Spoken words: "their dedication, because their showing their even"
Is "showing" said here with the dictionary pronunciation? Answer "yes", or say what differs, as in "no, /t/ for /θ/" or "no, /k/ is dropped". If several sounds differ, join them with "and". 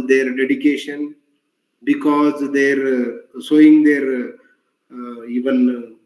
no, /s/ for /ʃ/